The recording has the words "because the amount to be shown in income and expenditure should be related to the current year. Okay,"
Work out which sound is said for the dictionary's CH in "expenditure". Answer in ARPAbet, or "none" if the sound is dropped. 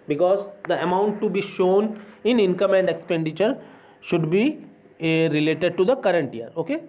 CH